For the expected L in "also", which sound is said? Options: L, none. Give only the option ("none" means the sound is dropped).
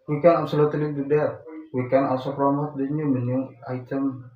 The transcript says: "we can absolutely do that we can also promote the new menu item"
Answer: none